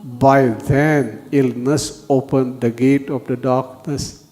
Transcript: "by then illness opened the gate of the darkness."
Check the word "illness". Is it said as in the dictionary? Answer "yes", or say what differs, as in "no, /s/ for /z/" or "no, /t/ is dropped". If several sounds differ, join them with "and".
yes